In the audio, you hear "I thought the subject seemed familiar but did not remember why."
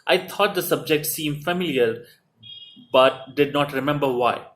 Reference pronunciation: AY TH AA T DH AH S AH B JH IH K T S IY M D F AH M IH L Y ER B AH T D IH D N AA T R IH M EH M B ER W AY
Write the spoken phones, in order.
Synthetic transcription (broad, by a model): AY T AA T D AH S AH B JH IH K T S IY M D F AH M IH L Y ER B AH T D IH D N AA T R IH M EH M B ER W AY